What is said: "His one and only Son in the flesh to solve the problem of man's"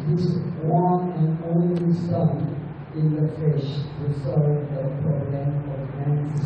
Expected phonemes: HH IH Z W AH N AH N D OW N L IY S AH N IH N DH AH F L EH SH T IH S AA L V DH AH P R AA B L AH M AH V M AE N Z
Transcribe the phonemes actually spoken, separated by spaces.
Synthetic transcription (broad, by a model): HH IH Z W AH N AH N OW N L IY S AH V IH N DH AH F EH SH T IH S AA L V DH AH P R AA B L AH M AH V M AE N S